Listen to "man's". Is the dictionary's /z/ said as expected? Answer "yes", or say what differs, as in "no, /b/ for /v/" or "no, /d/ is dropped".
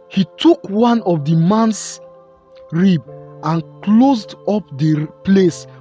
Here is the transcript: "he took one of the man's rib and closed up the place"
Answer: no, /s/ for /z/